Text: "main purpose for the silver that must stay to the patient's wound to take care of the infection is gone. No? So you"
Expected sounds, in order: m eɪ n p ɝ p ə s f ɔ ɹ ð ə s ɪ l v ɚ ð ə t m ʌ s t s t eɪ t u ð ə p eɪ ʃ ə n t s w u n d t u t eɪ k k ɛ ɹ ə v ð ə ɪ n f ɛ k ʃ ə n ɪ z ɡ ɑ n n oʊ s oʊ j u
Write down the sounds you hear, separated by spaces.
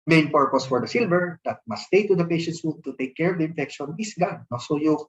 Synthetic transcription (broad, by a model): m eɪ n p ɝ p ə s f ɔ ɹ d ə s ɪ l v ɚ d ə t m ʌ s s t eɪ t u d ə p eɪ ʃ ə n t s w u d t u t eɪ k k ɛ ɹ ə v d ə ɪ n f ɛ k ʃ ə n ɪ s ɡ ɑ n n oʊ s oʊ j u